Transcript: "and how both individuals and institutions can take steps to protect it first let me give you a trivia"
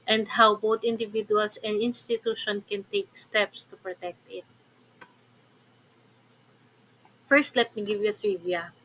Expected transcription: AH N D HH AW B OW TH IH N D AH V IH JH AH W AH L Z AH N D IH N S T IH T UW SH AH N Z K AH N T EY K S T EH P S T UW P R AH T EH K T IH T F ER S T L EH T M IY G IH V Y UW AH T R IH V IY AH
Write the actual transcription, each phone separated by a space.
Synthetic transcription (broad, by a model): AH N D HH AW B OW T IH N D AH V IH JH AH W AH L S AH N D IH N S T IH T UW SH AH N K AH N T EY K S T EH P S T UW P R AH T EH K T IH T F ER S T L EH T M IY G IH V Y UW AH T R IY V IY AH